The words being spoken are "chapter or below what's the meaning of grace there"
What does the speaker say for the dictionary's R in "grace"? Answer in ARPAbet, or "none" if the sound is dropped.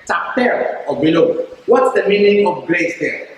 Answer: L